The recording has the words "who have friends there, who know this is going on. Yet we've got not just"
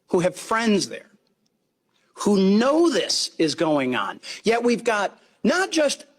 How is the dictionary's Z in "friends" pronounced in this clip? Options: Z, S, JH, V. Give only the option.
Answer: Z